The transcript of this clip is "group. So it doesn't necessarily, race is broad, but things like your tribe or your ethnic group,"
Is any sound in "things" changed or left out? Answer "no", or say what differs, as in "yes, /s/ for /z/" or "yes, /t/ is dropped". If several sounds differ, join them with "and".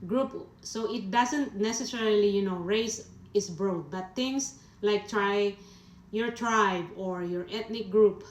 yes, /t/ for /θ/ and /s/ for /z/